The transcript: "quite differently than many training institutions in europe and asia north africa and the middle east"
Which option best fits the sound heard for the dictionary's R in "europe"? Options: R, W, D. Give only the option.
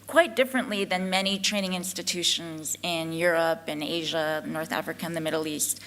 R